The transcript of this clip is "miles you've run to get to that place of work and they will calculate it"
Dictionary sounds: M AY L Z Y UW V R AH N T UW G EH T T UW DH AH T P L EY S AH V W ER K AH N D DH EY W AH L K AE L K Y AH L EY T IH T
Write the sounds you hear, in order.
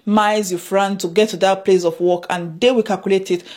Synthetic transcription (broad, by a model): M AY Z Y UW F R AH N T UW G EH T T UW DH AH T P L EY S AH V W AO K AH N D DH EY W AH K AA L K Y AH L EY T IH T